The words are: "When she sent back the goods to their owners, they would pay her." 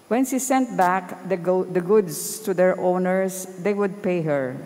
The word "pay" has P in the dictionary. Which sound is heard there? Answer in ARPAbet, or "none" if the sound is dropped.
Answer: P